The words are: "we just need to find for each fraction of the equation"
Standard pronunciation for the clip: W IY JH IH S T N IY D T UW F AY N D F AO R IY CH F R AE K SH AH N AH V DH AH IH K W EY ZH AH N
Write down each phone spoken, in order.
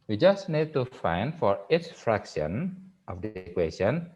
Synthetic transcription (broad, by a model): W IY JH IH S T N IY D T UW F AY N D F AO R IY S F R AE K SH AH N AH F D K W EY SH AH N